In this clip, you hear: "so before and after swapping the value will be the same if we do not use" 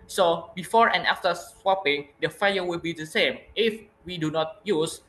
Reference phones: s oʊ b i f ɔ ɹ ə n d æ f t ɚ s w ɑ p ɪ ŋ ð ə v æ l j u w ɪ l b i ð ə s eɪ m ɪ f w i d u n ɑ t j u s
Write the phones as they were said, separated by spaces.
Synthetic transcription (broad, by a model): s oʊ b i f ɔ ɹ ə n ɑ f t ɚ s w ɑ p ɪ ŋ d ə f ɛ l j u w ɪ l b i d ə s eɪ m ɪ f w i d u n ɑ t j u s